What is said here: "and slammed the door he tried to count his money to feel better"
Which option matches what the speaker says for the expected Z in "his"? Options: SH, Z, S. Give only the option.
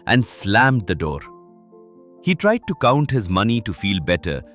Z